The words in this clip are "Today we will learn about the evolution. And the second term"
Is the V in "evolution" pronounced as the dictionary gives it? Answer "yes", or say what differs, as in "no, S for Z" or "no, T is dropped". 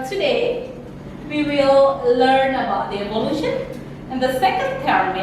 no, B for V